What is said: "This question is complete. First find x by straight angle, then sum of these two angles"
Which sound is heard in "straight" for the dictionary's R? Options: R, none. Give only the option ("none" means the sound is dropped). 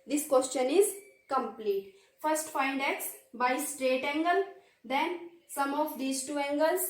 R